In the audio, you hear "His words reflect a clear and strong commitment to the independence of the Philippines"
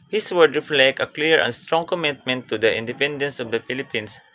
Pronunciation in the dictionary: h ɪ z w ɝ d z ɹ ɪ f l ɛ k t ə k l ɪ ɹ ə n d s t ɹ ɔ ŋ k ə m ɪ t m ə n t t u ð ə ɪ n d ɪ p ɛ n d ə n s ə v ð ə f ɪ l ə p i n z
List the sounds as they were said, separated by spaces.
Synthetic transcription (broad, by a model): h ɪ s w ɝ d ɹ ɪ f l ɛ k t ə k l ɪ ɹ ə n s t ɹ ɔ ŋ k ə m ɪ t m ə n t t u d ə ɪ n d ɪ p ɛ n d ə n s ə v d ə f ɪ l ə p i n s